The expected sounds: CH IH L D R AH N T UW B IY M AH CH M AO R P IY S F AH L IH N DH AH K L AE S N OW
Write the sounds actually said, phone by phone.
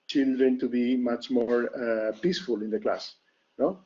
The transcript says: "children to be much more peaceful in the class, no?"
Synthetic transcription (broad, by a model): CH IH L D R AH N T UW B IY M AH CH M AO R P IY S F AH L IH N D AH K L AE S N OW